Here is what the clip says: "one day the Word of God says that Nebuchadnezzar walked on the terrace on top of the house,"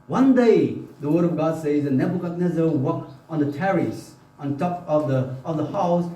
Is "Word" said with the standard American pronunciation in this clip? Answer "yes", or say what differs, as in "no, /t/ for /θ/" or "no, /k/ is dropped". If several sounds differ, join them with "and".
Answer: yes